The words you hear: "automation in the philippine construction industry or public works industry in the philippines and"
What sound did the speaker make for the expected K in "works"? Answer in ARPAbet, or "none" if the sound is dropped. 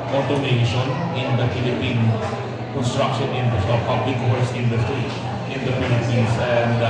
none